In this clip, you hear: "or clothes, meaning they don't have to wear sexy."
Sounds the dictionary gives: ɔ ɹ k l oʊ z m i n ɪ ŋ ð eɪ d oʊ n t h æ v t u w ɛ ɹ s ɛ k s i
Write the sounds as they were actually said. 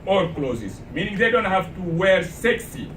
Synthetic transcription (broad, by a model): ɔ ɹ k l oʊ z m i n ɪ ŋ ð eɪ d oʊ n t h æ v t u w ɛ ɹ s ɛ k s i